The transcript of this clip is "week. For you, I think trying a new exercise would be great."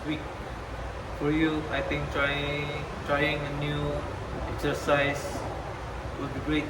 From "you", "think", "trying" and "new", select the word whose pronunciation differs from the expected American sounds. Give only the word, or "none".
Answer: think